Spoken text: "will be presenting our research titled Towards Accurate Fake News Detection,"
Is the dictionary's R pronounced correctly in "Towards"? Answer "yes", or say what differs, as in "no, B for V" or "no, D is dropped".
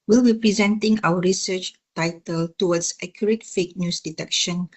no, W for R